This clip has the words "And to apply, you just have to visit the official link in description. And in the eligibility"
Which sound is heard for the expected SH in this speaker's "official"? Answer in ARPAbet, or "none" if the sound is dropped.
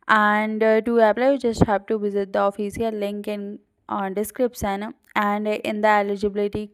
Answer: S